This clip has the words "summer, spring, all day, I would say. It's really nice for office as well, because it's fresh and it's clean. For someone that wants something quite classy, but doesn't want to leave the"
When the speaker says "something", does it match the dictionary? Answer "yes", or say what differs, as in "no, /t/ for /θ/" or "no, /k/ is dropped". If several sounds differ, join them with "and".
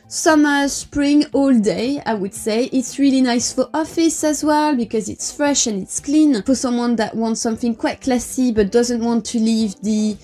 yes